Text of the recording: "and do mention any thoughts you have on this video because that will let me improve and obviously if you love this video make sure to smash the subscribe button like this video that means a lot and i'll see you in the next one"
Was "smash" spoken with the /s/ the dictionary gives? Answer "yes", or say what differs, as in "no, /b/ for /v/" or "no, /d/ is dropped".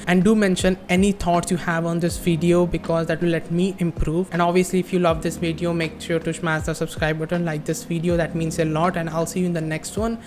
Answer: no, /ʃ/ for /s/